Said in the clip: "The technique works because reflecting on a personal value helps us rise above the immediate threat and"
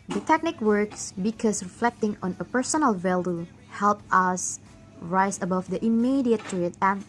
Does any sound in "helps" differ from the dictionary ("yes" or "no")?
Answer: yes